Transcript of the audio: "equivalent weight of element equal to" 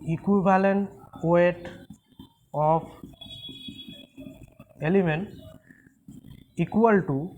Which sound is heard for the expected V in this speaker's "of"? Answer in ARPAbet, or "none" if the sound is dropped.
P